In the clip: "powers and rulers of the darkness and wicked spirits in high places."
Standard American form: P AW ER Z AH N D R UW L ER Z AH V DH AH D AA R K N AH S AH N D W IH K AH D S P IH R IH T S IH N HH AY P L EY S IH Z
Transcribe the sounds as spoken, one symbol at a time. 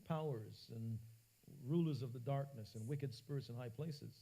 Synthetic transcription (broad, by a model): P AW ER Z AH N R UW L ER Z AH V DH AH D AA R K N AH S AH N W IH K AH D S P IH R IH T S IH N HH AY P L EY S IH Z